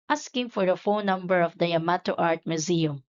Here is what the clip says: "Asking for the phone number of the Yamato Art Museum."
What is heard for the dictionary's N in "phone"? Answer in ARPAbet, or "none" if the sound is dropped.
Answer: L